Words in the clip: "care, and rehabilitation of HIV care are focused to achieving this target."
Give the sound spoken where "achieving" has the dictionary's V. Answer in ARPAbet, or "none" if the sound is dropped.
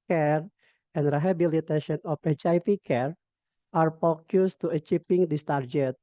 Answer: P